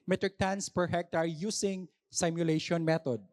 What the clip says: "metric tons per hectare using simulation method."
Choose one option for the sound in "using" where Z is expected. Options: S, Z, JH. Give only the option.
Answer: S